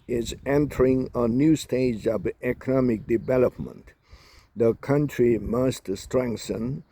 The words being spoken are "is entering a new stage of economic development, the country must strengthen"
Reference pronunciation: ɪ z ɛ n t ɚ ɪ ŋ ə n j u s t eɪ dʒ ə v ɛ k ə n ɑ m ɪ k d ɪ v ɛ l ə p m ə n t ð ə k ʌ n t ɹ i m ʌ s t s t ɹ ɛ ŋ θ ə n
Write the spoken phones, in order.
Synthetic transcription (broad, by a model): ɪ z ɛ n t ɚ ɪ ŋ ə n j u s t eɪ dʒ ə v ɛ k ə n ɑ m ɪ k d ɪ v ɛ l ə p m ə n t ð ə k ʌ n t ɹ i m ʌ s t s t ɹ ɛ ŋ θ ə n